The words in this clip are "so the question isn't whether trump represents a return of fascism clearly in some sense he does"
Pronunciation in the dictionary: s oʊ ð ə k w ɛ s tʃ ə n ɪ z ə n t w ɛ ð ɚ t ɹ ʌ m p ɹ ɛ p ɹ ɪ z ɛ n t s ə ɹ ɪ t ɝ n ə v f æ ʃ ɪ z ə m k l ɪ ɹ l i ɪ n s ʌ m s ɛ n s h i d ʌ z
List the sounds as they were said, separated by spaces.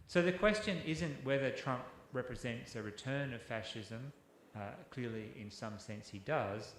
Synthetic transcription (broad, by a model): s oʊ ð ə k w ɛ s tʃ ə n ɪ z ə n t w ɛ ð ɚ t ɹ ʌ m p ɹ ɛ p ɹ ɪ z ɛ n t s ə ɹ ɪ t ɝ n ə v f æ ʃ ɪ z ə m k l ɪ ɹ l i ɪ n s ʌ m s ɛ n s h i d ʌ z